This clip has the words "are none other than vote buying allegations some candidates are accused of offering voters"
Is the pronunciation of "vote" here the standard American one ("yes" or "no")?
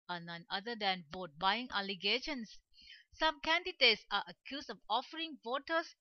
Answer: no